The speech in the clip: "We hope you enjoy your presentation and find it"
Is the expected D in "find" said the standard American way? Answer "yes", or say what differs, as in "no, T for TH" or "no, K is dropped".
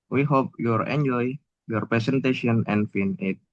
no, D is dropped